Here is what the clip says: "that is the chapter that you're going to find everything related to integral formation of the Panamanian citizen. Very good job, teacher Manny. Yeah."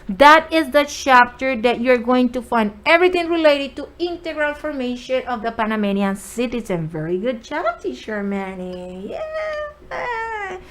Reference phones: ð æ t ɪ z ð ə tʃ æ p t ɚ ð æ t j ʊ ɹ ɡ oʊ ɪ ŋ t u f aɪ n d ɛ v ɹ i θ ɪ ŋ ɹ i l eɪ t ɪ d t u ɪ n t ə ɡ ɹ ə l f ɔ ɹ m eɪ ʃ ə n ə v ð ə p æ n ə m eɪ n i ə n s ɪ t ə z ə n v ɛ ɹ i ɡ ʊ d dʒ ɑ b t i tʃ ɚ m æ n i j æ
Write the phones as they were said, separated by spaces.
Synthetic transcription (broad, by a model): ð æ t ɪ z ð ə tʃ æ p t ɚ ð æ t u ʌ ɹ ɡ oʊ ɪ ŋ t u f aɪ n d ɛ v ɹ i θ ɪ ŋ ɹ i l eɪ t ɪ d t u ɪ n t ə ɡ ɹ ə l f ɔ ɹ m eɪ ʃ ə n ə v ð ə p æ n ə m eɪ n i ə n s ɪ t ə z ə n v ɛ ɹ i ɡ ʊ d tʃ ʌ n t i ʃ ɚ m æ n i j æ